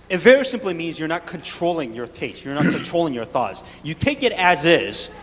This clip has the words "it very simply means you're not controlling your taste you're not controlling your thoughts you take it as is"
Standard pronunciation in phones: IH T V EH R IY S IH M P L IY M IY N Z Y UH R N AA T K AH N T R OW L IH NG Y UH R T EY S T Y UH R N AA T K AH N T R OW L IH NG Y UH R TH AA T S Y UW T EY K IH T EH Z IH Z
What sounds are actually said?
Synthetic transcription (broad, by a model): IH T V EH R IY S IH M P L IY M IY N Z Y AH R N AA T K AH N T R OW L IH NG Y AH R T EY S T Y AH R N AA T K AH N T R OW L IH NG Y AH R TH AA T S Y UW T EY K IH T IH Z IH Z